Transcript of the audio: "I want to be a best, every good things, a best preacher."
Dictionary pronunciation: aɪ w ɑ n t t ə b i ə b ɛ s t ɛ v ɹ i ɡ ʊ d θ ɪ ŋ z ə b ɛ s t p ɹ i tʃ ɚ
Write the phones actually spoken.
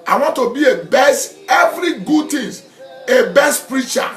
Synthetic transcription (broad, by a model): aɪ w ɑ n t t ə b i ə b ɛ s t ɛ v ɹ i ɡ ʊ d t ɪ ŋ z ə b ɛ s t p ɹ i tʃ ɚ